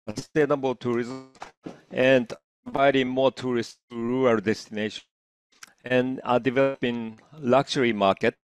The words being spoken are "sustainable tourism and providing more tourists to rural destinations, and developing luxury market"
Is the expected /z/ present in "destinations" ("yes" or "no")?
no